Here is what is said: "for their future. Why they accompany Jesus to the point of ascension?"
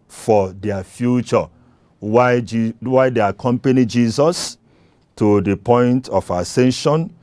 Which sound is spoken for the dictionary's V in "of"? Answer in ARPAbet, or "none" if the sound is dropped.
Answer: F